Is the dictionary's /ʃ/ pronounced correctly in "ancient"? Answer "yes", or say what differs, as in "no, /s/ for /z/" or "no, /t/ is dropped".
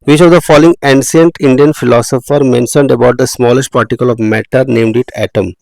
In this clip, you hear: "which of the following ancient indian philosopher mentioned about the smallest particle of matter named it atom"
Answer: no, /s/ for /ʃ/